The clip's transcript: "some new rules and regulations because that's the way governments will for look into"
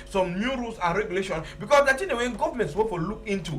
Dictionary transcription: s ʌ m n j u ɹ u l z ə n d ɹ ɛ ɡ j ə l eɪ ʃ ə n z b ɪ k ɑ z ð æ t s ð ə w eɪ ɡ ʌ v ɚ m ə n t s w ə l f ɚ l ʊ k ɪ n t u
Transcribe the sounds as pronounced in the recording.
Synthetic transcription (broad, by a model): s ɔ m n j u ɹ u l s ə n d ɹ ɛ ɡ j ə l eɪ ʃ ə n b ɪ k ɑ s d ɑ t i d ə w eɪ ɡ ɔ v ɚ m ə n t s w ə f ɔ l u k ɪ n t u